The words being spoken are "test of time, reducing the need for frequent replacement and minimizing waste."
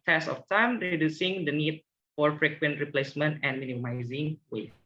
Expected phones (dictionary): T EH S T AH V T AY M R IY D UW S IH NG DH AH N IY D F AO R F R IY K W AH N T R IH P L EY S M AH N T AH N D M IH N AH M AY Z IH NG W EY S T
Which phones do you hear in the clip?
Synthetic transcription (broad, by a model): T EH S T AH F T AY M R IY D UW S IH NG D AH N IY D F AO R F R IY K W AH N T R IH P L EY S M AH N T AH N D M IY N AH M AY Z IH NG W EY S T